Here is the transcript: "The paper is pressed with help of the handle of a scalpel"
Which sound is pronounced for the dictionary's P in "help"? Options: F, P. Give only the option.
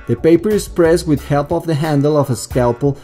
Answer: P